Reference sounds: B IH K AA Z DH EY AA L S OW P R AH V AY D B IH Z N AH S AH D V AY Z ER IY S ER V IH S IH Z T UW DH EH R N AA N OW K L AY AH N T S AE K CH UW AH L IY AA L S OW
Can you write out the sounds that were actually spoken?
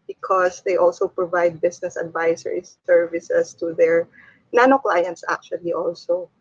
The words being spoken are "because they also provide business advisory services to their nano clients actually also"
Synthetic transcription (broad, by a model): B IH K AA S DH EY AA L S OW P R AH V AY D B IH S N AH S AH D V AY S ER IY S ER V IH S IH S T UW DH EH R N AA N OW K L AY AH N T S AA K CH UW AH L IY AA L S OW